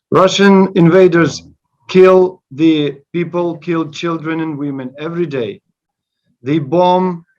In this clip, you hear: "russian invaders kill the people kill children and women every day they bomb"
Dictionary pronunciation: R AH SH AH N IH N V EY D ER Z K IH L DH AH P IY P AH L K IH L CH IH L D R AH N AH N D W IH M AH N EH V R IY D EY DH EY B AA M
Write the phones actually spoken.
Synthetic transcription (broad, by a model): R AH SH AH N IH N V EY D ER Z K IH L DH AH P IY P AH L K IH L CH IH L D R AH N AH N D W IH M AH N EH V R IY D EY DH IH B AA M